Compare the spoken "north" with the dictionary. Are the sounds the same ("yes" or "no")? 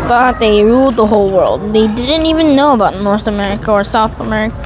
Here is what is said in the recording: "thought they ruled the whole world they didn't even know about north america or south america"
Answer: yes